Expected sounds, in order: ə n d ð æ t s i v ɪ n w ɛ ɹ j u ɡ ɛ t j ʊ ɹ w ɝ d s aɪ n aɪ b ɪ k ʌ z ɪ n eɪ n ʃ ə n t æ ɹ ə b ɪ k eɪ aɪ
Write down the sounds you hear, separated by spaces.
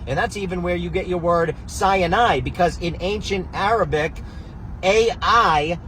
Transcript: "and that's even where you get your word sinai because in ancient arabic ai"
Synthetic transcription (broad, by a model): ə n ð æ t s i v ɪ n w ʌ ɹ j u ɡ ɛ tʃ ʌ ɹ w ɝ d s aɪ n aɪ b ɪ k ʌ z ɪ n eɪ n ʃ ə n t æ ɹ ə b ɪ k eɪ aɪ